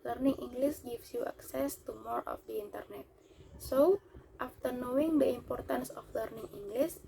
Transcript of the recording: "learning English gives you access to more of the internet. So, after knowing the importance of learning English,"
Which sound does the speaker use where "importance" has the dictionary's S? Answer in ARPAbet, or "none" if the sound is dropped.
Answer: S